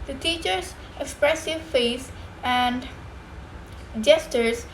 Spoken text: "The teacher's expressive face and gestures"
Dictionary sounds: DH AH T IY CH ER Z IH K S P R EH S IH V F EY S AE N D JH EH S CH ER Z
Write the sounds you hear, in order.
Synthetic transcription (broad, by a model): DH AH T IY CH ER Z IH K S P R EH S IH V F EY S AE N D JH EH S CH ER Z